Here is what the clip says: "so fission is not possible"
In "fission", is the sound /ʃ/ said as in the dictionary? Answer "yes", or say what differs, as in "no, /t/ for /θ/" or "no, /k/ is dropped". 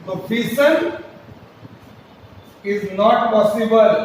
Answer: no, /s/ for /ʃ/